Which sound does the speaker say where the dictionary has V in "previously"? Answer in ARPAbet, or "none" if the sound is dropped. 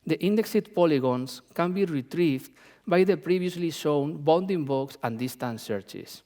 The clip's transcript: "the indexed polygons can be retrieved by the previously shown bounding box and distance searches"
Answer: B